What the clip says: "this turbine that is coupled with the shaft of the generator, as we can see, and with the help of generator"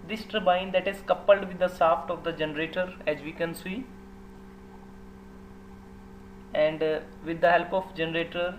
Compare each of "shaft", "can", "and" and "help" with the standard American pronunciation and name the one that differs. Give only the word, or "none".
shaft